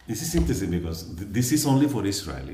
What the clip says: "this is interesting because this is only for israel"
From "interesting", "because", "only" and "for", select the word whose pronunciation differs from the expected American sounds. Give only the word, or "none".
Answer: interesting